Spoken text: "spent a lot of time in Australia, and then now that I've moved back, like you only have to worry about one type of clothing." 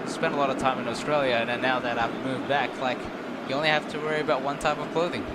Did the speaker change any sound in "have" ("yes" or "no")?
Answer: yes